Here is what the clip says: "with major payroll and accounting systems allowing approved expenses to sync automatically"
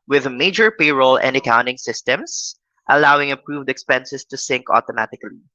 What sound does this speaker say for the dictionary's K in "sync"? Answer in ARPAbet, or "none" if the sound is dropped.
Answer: K